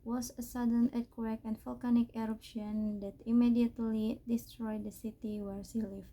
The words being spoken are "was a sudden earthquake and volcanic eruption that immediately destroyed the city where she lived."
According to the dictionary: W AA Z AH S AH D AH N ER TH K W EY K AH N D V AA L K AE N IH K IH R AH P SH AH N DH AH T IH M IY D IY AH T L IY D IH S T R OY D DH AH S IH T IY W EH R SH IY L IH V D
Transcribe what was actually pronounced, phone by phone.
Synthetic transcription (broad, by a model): W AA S AH S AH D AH N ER T K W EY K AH N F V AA L K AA N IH K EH R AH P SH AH N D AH T IH M IY D IY AH T L IY D IH S T R OY D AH S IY T IY W EH R S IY L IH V